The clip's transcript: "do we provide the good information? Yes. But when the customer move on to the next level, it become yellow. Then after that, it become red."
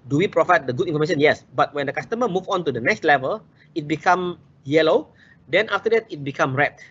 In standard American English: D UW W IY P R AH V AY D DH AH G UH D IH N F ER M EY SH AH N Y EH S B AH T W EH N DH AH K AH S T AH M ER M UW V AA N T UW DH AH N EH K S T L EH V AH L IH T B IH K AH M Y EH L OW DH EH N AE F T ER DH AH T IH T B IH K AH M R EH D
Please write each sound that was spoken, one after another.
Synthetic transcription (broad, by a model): D UW W IY P R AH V AY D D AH G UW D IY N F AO M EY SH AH N Y EH S B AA T W EH N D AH K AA S T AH M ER M UW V AA N T UW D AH N EH K S T L EH V AH L IH T B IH K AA M Y EH L OW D EH N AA F T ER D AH T IH T B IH K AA M R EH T